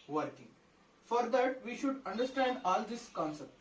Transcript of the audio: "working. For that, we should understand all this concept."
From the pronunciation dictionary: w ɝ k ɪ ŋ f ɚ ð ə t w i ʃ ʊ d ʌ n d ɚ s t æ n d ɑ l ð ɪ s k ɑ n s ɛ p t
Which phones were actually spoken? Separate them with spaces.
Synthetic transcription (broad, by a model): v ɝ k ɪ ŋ f ɚ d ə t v i ʃ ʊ d ʌ n d ɚ s t æ n d ɑ l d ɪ s k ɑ n s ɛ p t